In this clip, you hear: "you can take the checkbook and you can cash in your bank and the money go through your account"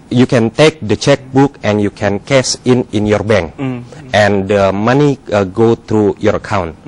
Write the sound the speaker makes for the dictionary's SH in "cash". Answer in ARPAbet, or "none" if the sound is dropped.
S